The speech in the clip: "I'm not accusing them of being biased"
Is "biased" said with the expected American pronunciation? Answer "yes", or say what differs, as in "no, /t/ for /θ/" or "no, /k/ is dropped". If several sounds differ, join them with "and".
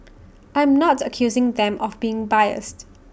yes